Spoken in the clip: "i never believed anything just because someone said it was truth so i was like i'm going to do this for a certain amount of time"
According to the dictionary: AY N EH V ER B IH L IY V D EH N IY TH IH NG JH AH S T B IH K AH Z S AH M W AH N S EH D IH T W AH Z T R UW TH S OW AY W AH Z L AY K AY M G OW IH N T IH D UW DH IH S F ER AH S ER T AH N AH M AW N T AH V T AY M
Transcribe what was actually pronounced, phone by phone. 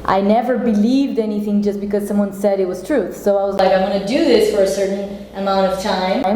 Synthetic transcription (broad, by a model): AY N EH V ER B IH L IY V D EH N IY TH IH NG JH AH S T B IH K AH Z S AH M W AH N S EH D IH T W AH Z T R UW TH S OW AY W AH Z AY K AY M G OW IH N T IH D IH DH IH S F ER AH S ER T N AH M AW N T AH V T AY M